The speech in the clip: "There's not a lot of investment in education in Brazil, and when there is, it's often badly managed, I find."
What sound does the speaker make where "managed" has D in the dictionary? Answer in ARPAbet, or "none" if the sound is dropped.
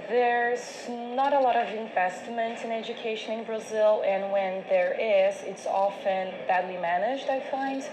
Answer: D